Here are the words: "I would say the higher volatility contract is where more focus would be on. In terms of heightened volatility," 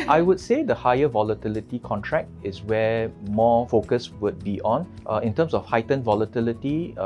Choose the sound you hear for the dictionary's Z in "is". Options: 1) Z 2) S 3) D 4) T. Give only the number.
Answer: 2